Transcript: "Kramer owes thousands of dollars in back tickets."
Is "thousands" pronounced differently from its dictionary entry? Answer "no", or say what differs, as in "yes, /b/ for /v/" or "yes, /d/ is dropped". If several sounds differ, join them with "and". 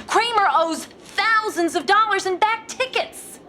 no